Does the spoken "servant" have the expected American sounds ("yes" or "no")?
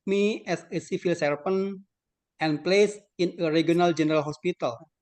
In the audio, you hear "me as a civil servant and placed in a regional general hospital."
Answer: no